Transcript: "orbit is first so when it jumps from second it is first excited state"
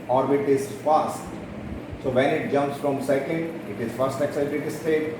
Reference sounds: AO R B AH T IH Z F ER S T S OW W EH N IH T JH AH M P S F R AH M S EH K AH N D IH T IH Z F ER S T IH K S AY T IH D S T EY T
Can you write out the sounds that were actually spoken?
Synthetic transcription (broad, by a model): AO R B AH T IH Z F ER S T S OW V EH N IH T JH AH M P S F R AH M S EH K AH N D IH T IH Z F ER S T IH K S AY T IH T S T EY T